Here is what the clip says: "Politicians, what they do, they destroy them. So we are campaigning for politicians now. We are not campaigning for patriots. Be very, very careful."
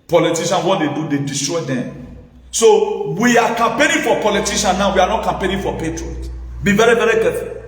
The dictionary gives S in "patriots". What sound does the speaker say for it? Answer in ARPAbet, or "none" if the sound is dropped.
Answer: none